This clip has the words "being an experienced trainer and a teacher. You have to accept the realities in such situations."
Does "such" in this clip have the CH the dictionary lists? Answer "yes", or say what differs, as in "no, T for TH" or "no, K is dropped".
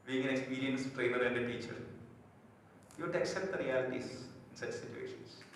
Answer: yes